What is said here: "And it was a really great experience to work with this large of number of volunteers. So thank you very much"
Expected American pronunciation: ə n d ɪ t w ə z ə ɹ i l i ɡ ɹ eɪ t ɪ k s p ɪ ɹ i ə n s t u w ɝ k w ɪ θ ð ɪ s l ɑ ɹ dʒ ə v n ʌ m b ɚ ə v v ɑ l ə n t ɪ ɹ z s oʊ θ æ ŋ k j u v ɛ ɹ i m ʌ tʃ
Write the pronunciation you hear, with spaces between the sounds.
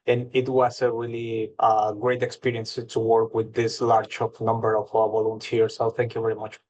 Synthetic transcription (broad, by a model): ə n ɪ t w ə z ə ɹ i l i ɡ ɹ eɪ t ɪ k s p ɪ ɹ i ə n s t u w ɝ k w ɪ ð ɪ s l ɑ ɹ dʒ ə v n ʌ m b ɚ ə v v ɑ l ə n t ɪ ɹ s oʊ θ æ ŋ k j u v ɛ ɹ i m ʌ tʃ